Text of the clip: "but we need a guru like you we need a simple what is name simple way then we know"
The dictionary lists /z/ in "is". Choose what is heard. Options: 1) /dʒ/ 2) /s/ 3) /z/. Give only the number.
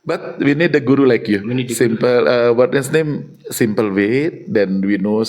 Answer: 2